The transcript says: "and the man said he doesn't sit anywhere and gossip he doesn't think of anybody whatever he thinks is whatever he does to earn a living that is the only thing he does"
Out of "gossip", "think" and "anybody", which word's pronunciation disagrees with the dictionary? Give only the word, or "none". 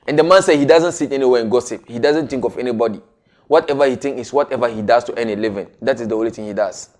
think